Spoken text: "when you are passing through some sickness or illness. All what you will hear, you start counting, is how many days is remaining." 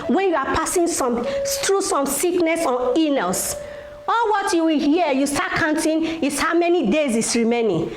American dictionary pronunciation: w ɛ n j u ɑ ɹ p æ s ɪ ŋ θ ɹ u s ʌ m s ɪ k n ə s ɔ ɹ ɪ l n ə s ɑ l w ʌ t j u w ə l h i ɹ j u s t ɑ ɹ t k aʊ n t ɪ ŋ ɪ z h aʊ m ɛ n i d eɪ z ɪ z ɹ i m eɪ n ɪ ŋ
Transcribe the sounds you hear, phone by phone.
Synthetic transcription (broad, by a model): w ɛ n j u ɑ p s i s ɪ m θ ɹ u s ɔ m s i k n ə s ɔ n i n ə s ɑ l w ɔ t j u w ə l h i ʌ j u s t ɑ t k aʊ n t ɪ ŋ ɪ s h aʊ m ɛ n i d eɪ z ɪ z ɹ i m eɪ n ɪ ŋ